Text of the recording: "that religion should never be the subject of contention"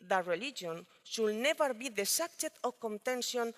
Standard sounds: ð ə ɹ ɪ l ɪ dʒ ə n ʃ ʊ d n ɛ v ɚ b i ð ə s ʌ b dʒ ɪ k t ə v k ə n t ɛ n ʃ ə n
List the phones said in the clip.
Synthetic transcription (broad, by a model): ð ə ɹ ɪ l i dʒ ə n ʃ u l n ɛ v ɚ b i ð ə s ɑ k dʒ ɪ t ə k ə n t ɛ n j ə n